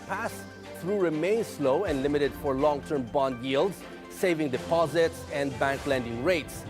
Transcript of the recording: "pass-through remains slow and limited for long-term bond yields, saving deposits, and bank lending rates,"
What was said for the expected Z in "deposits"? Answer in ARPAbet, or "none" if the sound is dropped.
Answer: Z